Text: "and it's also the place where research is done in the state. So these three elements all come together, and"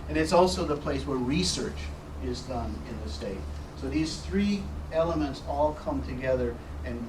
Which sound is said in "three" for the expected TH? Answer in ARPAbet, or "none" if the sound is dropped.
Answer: TH